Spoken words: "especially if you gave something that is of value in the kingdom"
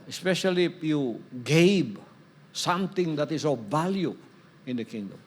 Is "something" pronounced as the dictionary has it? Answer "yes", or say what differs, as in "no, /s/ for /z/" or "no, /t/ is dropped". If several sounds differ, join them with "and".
no, /t/ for /θ/